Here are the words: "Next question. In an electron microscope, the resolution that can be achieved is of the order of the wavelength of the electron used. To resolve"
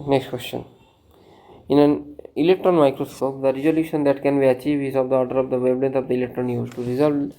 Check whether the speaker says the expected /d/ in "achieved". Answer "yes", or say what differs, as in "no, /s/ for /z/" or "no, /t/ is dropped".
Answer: no, /d/ is dropped